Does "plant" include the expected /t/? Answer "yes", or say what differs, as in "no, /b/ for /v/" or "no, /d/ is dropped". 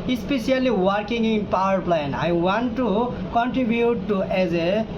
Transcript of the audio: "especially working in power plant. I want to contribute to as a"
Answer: no, /t/ is dropped